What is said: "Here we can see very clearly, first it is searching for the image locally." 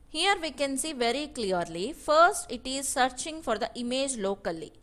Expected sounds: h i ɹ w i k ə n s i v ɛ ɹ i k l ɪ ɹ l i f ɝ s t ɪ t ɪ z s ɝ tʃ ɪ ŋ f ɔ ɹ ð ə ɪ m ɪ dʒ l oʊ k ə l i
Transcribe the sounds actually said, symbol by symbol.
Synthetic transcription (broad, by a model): h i ɹ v i k ə n s i v ɛ ɹ i k l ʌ ɹ l i f ɝ s t ɪ t ɪ z s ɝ tʃ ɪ ŋ f ɔ ɹ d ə ɪ m ɪ dʒ l oʊ k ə l i